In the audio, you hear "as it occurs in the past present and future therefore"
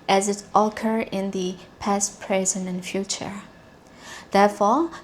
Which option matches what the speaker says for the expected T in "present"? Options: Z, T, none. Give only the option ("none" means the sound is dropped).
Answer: none